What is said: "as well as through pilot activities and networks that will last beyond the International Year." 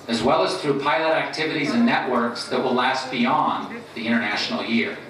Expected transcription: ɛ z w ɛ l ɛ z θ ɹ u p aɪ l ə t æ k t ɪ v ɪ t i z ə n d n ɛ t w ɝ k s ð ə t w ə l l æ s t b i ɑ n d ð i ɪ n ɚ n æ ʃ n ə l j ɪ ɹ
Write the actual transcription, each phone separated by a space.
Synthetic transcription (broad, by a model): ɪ z w ɛ l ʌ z θ ɹ u p aɪ l ə t æ k t ɪ v ɪ t i z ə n n ɛ t w ɝ k s ð ə t w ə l l æ s t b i ɑ n ð i ɪ ɚ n æ ʃ n l j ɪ ɹ